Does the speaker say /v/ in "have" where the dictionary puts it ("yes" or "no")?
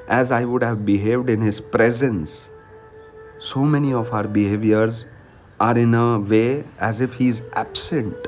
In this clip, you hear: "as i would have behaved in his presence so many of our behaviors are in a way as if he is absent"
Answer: yes